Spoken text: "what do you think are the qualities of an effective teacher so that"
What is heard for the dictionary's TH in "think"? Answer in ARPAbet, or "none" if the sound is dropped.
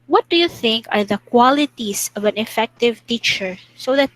TH